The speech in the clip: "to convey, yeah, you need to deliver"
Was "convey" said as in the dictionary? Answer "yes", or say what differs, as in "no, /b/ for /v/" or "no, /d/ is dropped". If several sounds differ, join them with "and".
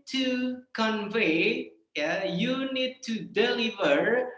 yes